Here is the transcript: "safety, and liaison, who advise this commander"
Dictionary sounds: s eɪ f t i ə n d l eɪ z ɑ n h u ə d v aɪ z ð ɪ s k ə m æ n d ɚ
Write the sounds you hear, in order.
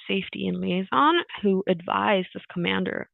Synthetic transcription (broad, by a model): s eɪ f t i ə n l eɪ z ɑ n h u ə d v aɪ z ð ɪ s k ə m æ n d ɚ